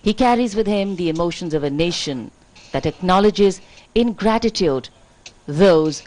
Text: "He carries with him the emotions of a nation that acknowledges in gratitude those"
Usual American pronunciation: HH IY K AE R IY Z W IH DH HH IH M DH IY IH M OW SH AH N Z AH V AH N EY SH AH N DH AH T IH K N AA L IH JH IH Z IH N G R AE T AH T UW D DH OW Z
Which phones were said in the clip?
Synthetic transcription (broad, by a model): HH IY K AE R IY Z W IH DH HH IH M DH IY IH M OW SH AH N Z AH V AH N EY SH AH N DH AH T IH K N AA L IH JH IH Z IH N G R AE T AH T UW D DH OW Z